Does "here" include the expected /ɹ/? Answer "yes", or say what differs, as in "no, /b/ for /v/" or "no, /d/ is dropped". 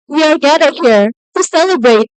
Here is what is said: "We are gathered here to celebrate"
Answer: yes